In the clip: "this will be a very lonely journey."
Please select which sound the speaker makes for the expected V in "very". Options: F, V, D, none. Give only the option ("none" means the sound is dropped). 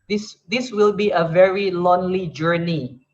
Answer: V